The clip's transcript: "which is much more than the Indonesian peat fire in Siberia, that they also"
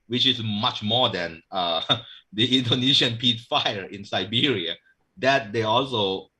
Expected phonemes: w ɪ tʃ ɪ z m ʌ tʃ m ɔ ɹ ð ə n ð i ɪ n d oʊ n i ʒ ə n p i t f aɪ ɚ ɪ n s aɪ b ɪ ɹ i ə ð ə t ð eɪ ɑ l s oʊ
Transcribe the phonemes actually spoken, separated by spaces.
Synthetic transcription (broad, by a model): w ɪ tʃ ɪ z m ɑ tʃ m ɔ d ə n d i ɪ n d oʊ n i ʃ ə n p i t f aɪ ɚ ɪ n s aɪ b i ɹ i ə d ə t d eɪ ɑ l s oʊ